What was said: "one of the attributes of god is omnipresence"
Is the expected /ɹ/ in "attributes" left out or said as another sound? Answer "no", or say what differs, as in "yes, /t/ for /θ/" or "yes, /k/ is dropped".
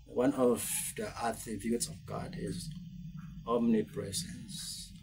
yes, /ɹ/ is dropped